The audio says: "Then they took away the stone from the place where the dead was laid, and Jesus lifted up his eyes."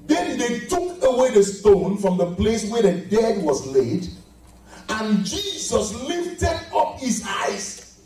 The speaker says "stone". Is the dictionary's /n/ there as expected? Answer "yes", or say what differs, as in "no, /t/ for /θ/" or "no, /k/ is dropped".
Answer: yes